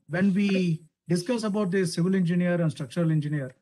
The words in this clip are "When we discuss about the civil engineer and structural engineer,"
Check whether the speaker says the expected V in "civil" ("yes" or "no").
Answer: yes